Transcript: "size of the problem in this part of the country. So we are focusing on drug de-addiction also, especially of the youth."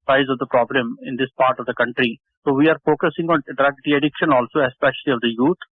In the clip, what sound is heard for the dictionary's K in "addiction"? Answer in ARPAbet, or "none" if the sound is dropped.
K